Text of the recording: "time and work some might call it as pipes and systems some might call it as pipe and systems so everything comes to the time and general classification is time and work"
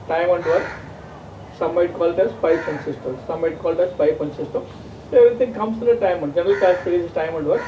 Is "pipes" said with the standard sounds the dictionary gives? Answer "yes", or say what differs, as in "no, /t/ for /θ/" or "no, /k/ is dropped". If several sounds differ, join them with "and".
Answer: no, /s/ is dropped